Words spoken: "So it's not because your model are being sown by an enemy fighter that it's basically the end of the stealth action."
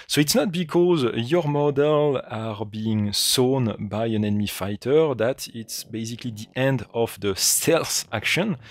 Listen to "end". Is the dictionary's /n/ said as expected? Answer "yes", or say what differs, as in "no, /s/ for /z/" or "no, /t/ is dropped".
yes